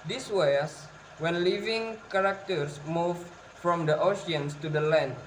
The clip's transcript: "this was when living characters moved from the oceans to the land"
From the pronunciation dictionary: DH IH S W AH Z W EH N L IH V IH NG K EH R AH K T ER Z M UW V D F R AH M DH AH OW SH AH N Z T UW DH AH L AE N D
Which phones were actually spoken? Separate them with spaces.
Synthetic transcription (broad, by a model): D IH S W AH S W EH N L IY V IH NG K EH R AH K T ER S M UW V F R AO M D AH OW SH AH N S T UW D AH L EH N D